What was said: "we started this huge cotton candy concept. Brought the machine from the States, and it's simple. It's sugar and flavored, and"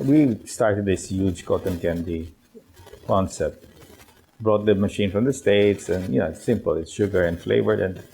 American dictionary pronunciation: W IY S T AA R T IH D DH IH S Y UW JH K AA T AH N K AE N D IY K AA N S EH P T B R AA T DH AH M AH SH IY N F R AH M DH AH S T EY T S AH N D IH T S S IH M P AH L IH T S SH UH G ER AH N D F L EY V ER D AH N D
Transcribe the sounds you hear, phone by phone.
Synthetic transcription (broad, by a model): W IY S T AA R T IH D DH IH S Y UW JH K AA T AH N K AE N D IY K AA N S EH T B R AA T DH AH M AH SH IY N F R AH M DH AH S T EY T S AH N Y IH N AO S IH M P AH L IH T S SH UH G ER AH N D F L EY V ER D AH N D